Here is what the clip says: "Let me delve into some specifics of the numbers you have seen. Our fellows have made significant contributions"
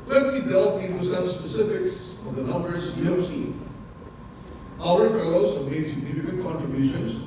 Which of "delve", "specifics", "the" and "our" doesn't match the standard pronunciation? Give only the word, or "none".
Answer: delve